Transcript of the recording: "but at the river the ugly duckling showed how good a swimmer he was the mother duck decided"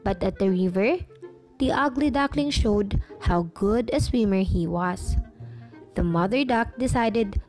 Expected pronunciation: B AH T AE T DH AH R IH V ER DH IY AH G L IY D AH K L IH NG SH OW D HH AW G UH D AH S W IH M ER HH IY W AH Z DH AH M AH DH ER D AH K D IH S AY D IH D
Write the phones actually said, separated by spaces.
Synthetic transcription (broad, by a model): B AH T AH T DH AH R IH V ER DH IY AH G L IY D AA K L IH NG SH OW D HH AW G UH D AH S W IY M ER HH IY W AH S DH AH M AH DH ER D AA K D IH S AY D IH D